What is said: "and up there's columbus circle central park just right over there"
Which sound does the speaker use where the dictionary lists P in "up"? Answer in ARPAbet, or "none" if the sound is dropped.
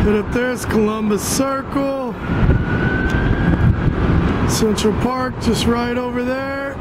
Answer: F